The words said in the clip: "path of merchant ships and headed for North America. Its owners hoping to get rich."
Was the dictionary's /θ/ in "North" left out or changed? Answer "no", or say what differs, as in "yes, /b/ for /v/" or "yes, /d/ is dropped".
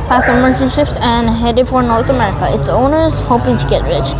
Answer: yes, /t/ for /θ/